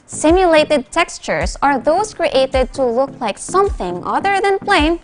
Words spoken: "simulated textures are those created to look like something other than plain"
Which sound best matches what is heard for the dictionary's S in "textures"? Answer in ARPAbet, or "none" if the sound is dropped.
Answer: S